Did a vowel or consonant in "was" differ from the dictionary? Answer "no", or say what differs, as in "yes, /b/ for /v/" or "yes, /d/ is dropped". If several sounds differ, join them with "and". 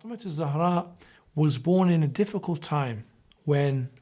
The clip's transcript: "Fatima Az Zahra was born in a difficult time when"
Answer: no